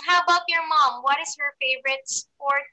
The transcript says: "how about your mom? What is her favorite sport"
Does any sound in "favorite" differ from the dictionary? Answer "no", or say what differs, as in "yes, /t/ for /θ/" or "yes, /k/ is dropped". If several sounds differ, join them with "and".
no